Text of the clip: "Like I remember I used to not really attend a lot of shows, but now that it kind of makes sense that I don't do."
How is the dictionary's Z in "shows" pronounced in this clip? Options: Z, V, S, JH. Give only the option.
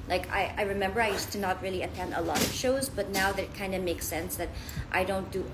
Z